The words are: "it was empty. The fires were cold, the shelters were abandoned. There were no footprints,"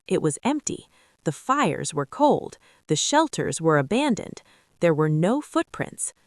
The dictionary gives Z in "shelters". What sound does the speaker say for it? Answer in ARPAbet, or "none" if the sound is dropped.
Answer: Z